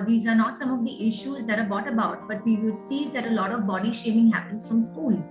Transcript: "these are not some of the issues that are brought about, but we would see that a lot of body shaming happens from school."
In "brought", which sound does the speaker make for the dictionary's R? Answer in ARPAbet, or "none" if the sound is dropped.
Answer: none